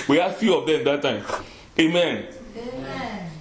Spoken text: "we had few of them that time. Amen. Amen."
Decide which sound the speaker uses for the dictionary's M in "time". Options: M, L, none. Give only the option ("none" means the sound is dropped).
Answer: none